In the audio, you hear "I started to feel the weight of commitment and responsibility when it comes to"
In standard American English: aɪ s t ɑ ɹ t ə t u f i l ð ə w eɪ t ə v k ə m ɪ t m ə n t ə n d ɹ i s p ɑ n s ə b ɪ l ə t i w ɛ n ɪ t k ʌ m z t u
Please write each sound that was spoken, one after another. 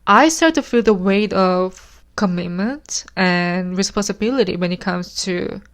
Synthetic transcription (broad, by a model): aɪ s t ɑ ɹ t t u f i l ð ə w eɪ t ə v k ə m ɪ t m ə n t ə n ɹ i s p ɑ n s ə b ɪ l ə t i w ɛ n ɪ t k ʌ m s t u